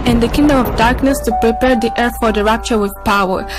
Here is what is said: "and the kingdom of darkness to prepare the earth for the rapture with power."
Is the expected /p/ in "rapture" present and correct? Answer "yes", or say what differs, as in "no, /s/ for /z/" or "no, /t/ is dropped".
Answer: yes